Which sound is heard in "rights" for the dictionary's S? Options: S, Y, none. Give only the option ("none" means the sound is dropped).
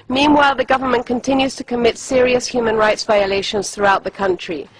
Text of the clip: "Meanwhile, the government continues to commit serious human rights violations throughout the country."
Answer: S